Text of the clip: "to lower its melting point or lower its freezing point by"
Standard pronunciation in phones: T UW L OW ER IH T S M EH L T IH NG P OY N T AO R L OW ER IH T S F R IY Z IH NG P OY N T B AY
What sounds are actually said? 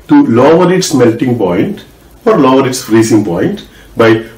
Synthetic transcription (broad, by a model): T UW L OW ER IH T S M EH L T IH NG P OY N T AO R L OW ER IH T S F R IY S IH NG P OY N T B AY